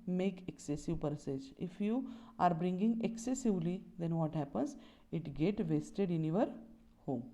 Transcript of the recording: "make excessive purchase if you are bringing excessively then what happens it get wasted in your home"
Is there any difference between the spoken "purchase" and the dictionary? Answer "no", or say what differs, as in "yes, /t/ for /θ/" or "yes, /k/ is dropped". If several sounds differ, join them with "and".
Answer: yes, /s/ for /tʃ/